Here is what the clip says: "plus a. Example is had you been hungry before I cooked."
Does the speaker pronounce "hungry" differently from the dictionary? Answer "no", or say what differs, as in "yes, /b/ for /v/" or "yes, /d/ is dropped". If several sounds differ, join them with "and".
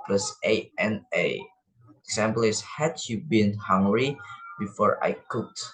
no